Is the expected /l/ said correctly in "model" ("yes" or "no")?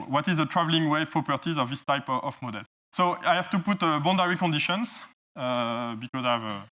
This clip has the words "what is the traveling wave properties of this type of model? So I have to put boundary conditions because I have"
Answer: yes